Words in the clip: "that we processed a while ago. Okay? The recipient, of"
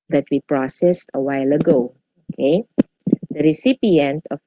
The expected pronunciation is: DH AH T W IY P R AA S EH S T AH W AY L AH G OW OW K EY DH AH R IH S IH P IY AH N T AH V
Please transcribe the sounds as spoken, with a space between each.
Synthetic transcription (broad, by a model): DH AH T W IY P R AA S EH S T AH W AY L AH G OW OW K EY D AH R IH S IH P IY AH N T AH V